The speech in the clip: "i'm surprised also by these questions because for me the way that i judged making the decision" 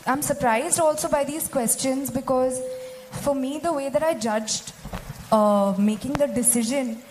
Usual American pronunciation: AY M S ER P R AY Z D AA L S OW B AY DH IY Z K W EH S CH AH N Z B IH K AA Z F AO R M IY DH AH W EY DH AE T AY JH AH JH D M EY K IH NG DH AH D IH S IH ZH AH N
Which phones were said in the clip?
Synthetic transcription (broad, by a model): AY M S ER P R AY Z D AA L S OW B AY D IY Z K W EH S CH AH N Z B IH K AA Z F AO R M IY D AH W EY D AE T AY JH AH JH D M EY K IH NG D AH D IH S IH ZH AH N